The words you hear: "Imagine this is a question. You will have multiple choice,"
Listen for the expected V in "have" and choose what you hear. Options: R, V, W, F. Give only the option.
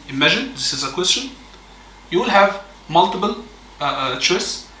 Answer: V